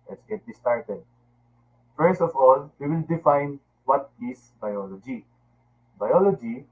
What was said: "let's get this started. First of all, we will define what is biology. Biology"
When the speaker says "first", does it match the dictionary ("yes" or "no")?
no